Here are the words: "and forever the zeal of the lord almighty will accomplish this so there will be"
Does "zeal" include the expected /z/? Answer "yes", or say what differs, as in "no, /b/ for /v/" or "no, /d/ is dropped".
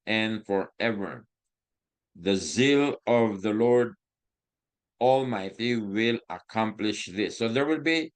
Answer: yes